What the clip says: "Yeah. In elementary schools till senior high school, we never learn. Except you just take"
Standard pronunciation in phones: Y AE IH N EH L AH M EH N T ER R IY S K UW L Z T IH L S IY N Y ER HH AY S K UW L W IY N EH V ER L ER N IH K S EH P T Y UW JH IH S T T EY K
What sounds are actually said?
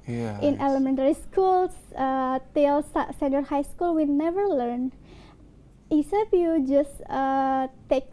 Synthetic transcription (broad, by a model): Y IH N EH L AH M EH N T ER R IY S K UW L S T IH L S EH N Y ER HH AY S K UW L W IY N EH V ER L ER N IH S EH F Y UW JH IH S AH T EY K